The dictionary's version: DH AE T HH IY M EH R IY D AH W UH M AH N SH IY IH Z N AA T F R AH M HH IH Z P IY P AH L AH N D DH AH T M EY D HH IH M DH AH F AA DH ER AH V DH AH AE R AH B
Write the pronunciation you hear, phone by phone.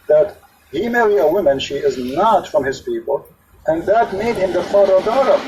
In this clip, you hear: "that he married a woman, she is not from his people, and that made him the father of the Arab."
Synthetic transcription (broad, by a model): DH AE T HH IY M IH L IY AH W UH M AH N SH IY IH Z N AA T F R AH M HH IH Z P IY P AH L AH N DH AH T M EY D HH IH M DH AH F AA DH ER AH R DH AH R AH